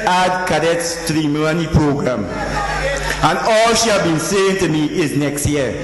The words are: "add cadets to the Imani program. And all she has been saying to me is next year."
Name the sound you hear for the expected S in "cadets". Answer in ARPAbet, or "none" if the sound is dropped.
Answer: S